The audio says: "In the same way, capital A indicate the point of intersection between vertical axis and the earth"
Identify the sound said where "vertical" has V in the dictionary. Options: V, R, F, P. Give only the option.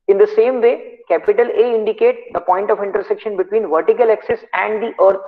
V